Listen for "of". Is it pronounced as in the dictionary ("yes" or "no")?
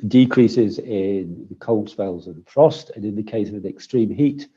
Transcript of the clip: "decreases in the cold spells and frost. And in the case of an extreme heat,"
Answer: yes